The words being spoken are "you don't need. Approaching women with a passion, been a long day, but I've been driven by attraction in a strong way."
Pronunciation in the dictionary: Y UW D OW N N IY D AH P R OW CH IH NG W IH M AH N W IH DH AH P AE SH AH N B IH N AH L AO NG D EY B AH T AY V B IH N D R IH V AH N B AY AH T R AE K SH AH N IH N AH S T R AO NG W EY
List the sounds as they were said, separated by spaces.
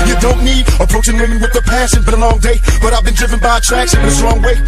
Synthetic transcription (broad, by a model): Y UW D OW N N IY D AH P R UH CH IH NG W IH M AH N W IH DH AH P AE S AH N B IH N AH L AO NG D EY B AH T AY V B IH N D R IH V AH N B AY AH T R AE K S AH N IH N AH S T R AO NG W EY